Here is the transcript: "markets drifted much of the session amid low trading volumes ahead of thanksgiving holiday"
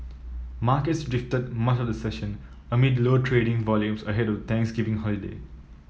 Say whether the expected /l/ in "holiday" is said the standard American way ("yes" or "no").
yes